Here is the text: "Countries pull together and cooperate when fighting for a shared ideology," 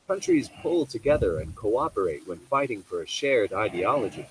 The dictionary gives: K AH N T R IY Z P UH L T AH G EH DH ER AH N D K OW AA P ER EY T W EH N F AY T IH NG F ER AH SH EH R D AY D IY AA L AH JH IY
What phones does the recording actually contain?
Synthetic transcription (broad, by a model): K AH N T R IY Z P UH L T AH G EH DH ER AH N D K OW AA P ER EY T W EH N F AY T IH NG F ER AH SH EH R D AY D IY AA L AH JH IY